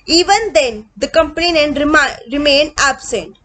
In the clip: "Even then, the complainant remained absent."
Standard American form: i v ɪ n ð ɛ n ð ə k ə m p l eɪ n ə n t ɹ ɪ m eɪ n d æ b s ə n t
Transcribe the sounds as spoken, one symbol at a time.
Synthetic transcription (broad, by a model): i v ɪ n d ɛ n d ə k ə m p n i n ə n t ɹ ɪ m eɪ n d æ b s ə n t